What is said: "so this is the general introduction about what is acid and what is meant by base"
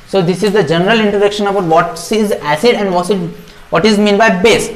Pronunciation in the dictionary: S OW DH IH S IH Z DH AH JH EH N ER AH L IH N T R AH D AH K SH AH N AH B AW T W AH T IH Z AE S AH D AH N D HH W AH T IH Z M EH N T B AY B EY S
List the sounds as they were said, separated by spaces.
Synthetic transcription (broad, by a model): S OW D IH S IH Z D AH JH EH N ER AH L IH N T R AH D AH K SH AH N AH B AW T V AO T IH Z AE S AH D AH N D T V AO T IH Z M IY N B AY B EY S